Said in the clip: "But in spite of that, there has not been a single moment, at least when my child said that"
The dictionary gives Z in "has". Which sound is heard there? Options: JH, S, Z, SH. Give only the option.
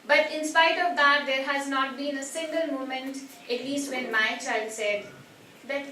Z